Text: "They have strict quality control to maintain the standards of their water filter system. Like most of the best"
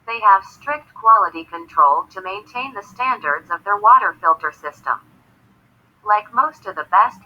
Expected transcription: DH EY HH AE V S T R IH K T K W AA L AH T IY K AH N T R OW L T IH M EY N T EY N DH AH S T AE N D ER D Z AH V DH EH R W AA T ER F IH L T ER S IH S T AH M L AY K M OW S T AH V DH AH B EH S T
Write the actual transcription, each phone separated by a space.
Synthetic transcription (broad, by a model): DH EY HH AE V S T R IH K T K W AA L AH T IY K AH N T R OW L T IH M EY N T EY N DH AH S T AE N D ER D Z AH V DH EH R W AA T ER F IH L T ER S IH S T AH M L AY K M OW S T AH V DH AH B EH S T